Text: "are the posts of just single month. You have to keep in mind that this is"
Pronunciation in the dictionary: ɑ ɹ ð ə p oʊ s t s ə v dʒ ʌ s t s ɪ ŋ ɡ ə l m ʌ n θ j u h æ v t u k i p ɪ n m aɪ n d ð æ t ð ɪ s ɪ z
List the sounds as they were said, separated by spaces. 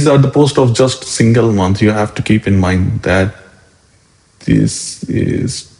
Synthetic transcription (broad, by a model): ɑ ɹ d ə p oʊ s t ə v dʒ ʌ s t s ɪ ŋ ɡ ə l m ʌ n s j u h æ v t u k i p ɪ n m aɪ n d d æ t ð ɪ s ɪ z